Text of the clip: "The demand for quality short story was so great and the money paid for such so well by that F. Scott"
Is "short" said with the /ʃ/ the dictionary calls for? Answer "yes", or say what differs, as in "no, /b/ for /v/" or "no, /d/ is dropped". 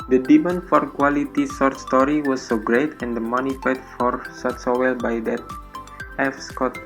no, /s/ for /ʃ/